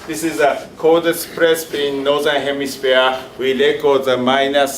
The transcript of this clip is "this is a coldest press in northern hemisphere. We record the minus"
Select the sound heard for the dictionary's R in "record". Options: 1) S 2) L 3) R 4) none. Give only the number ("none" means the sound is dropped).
2